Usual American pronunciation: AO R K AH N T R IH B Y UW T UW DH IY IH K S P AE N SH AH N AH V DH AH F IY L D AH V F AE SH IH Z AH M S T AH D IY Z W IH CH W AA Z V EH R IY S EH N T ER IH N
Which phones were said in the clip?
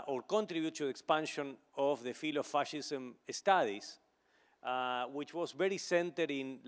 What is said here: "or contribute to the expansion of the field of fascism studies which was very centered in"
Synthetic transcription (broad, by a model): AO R K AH N T R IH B Y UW T UW DH IY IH K S P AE N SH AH N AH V DH AH F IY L AH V F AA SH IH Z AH M S T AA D IY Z W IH CH W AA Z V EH R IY S EH N T ER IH N